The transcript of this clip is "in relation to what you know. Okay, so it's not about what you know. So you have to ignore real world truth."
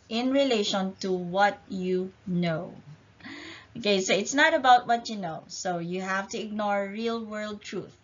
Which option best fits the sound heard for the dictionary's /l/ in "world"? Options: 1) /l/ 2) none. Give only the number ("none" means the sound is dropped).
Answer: 1